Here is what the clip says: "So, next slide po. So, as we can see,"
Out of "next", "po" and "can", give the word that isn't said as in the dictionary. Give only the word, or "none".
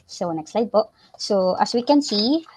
po